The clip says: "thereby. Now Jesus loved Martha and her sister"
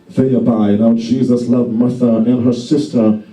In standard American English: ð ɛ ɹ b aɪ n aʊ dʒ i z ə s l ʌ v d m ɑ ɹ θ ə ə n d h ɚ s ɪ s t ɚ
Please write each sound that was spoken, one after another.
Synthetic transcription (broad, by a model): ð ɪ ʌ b aɪ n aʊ dʒ i z ə s l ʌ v m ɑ ɹ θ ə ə n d h ɚ s ɪ s t ɚ